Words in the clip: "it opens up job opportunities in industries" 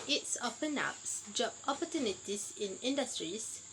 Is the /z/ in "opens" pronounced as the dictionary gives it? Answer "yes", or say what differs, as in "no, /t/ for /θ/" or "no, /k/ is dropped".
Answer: no, /z/ is dropped